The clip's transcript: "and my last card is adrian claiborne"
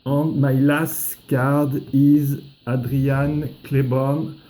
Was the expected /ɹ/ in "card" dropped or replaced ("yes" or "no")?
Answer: no